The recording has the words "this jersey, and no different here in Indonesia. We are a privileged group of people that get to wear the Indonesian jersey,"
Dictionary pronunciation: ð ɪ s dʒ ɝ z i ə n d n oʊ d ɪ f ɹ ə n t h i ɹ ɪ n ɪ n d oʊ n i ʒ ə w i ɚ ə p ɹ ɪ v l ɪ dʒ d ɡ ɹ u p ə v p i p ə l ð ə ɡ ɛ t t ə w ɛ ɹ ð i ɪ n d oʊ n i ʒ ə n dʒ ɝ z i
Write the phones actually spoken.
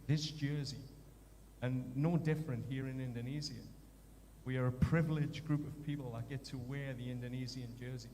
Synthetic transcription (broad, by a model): ð ɪ s dʒ ɝ z i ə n n oʊ d ɪ f ɹ ə n t h i ɹ ɪ n ɪ n d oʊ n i z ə w i ɚ ə p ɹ ɪ v l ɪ dʒ ɡ ɹ u p ə v p i p l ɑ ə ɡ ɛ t t ə w ɛ ɹ ð i ɪ n d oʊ n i z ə n dʒ ɝ z i